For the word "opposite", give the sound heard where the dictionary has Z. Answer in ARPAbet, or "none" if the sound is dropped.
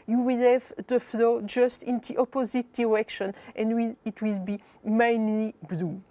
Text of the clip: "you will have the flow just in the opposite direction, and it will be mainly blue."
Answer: Z